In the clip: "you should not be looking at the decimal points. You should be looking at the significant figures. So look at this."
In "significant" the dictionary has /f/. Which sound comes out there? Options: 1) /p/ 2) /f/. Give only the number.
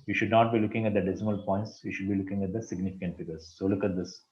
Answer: 2